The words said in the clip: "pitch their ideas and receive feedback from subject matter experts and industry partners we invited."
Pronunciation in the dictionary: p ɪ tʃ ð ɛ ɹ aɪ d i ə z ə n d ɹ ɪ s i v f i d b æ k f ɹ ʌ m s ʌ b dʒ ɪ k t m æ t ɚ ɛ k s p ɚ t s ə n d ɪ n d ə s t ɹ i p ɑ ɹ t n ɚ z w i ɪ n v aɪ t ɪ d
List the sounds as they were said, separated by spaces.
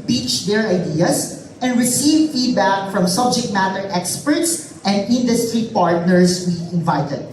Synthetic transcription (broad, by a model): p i tʃ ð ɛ ɹ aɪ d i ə s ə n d ɹ ɪ s i v f i d b æ k f ɹ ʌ m s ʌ b dʒ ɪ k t m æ t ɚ ɛ k s p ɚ t s ə n d ɪ n d ə s t ɹ i p ɑ ɹ t n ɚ s w i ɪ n v aɪ t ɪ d